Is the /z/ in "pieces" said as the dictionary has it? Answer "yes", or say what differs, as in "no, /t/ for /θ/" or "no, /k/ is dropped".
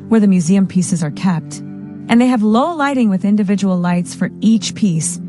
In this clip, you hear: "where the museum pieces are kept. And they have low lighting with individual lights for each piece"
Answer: yes